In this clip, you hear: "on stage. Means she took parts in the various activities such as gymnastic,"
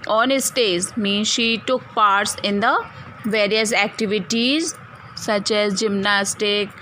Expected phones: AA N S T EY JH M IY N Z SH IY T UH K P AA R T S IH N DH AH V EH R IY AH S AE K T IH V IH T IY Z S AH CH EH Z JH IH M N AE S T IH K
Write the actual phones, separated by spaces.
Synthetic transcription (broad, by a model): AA N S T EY Z M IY N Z SH IY T UH K P AA R T S IH N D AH V EH R IY AH S AE K T IH V IH T IY Z S AH CH EH Z JH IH M N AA S T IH K